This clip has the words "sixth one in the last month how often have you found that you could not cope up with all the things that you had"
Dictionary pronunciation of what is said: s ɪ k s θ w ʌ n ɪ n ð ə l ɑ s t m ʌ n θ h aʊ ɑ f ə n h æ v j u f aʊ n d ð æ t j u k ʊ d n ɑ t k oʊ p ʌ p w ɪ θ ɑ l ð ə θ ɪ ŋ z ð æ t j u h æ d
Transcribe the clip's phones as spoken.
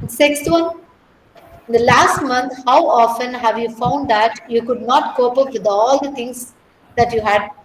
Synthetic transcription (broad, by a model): s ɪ k s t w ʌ n ɪ n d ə l ɑ s t m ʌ n t h aʊ ɑ f ə n h æ v j u f aʊ n d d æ t j u k ʊ d n ɑ t k oʊ p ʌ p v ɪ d ɑ l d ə t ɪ ŋ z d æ t j u h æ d